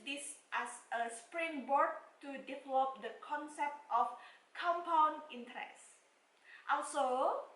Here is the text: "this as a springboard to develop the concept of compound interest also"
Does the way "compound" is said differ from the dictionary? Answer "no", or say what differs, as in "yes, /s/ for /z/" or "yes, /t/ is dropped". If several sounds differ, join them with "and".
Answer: yes, /d/ is dropped